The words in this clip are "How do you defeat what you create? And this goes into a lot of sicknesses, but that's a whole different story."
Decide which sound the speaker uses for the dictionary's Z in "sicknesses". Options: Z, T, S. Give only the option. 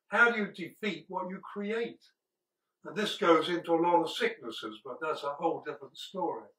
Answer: Z